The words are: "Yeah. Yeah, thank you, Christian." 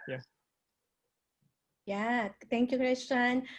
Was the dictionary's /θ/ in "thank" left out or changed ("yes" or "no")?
yes